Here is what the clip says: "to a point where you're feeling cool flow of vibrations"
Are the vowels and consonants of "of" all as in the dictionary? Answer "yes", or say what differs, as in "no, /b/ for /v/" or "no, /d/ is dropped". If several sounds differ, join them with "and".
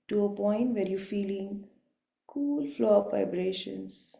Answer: no, /p/ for /v/